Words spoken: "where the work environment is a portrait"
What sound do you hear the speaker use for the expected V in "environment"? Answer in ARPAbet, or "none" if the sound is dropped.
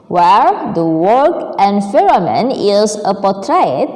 F